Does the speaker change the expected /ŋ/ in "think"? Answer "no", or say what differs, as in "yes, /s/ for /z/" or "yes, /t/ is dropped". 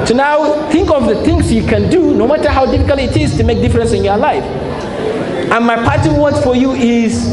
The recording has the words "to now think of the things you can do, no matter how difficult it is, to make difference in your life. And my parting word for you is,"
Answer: no